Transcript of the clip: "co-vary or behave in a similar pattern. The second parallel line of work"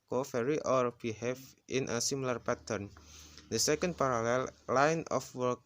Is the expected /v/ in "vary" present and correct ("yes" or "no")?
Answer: no